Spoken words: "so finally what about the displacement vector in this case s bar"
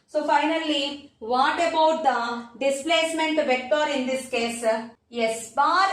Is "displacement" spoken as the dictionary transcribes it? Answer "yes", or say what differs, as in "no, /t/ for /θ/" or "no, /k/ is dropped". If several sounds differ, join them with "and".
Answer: yes